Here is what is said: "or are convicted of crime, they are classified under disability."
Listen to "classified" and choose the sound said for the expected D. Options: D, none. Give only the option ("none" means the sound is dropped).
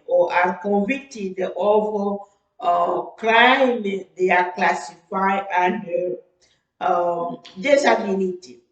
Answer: none